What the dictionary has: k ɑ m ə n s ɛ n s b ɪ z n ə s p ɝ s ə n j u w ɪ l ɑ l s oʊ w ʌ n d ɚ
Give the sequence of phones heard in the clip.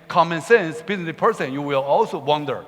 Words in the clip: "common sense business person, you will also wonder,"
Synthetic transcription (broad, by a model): k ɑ m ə n s ɛ n s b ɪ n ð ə p ɝ s ə n j u w ɪ l ɑ l s oʊ w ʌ n d ɚ